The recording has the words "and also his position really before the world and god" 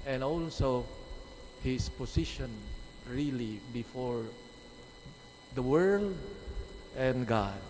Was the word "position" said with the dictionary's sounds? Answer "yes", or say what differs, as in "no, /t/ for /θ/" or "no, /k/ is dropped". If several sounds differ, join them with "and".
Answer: no, /s/ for /z/